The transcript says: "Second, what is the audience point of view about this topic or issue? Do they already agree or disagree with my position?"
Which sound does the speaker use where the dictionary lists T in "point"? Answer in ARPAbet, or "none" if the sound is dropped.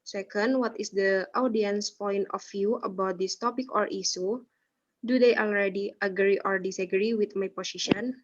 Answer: T